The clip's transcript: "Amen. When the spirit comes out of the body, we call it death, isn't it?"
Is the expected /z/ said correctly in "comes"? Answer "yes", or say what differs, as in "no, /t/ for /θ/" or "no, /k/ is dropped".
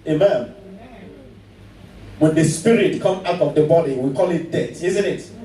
no, /z/ is dropped